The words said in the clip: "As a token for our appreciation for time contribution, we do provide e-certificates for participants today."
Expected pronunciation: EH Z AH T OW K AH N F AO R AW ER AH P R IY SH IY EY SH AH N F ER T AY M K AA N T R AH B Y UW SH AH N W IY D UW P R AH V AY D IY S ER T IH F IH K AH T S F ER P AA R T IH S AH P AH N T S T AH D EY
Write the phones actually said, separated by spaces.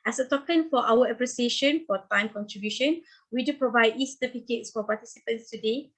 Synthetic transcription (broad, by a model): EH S AH T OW K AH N F AO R AW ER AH P R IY S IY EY SH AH N F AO T AY M K AA N T R AH B Y UW SH AH N W IY D UW P R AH V AY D IY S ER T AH P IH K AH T S F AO P AA T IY S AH P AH N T S T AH D EY